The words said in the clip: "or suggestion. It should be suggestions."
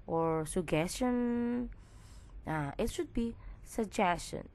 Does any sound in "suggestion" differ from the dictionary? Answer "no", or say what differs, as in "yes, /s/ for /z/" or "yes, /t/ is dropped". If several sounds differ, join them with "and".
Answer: yes, /dʒ/ is dropped